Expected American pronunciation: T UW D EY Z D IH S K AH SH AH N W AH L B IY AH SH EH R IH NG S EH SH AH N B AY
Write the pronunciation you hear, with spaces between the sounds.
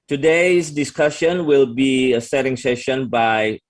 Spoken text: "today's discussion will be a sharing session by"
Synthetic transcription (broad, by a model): T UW D EY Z D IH S K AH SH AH N W AH L B IY AH S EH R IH NG S EH SH AH N B AY